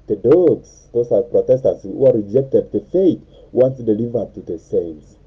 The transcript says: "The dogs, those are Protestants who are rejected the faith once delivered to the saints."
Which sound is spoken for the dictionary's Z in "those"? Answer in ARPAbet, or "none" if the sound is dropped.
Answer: S